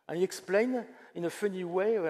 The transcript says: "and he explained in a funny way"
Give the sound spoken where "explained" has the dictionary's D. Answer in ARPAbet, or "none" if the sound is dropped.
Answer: none